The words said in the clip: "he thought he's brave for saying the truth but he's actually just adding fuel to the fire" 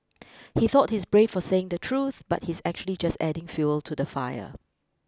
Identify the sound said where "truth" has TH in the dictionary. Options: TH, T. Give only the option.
TH